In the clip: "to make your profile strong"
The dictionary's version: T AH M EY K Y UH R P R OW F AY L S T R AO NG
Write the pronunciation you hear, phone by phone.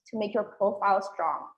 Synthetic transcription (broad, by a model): T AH M EY K Y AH R P R OW F AY L S T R AO NG